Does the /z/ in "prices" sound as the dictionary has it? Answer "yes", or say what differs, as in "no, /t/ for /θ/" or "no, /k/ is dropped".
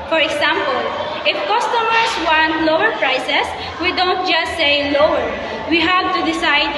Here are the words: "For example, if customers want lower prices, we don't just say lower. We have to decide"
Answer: no, /s/ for /z/